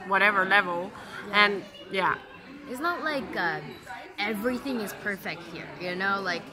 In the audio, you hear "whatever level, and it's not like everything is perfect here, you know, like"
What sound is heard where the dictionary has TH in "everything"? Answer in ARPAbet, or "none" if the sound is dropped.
TH